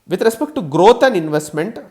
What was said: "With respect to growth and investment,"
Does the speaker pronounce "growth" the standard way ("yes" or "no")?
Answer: no